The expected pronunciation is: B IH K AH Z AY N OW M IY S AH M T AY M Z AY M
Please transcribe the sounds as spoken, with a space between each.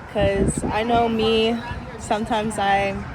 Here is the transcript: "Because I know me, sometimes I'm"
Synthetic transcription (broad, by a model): K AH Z AY N OW M IY S AH M T AY M Z AY